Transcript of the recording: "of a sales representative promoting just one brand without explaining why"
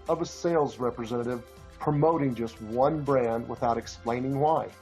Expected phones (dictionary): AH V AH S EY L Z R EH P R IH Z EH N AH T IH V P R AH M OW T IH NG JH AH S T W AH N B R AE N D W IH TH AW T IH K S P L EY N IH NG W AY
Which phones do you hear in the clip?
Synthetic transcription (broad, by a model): AH V AH S EY L Z R EH P R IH Z EH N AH T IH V P R AH M OW T IH NG JH AH S T W AH N B R AE N D W IH TH AW T IH K S P L EY N IH NG W AY